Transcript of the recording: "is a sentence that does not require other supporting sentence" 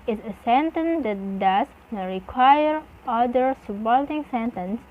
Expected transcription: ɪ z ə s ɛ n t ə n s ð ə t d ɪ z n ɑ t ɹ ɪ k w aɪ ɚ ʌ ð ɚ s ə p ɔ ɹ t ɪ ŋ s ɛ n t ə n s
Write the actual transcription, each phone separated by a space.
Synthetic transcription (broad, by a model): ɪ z ə s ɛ n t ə n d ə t d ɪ s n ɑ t ɹ ɪ k w aɪ ɚ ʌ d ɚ s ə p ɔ l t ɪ ŋ s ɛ n t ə n s